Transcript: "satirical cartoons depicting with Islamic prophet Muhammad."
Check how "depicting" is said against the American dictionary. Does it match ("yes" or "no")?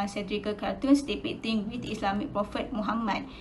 no